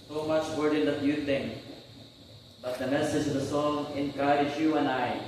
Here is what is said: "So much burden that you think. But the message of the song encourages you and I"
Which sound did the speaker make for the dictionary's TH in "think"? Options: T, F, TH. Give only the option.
T